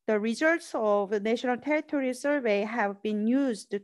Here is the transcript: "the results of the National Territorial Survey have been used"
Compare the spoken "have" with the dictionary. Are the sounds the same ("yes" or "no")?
yes